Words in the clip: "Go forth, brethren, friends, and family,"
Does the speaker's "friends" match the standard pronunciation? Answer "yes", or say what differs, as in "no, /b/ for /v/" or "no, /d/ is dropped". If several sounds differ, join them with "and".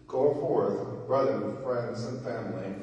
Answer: yes